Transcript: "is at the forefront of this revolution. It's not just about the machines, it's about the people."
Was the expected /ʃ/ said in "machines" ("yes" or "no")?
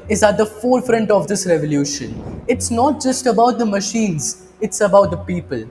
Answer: yes